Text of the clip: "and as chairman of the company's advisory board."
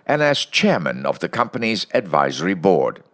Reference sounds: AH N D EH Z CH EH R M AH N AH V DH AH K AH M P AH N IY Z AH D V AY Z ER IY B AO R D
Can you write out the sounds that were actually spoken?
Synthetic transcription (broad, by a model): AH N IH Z CH EH R M AH N AH V DH AH K AH M P AH N IY Z AH D V AY Z ER IY B AO R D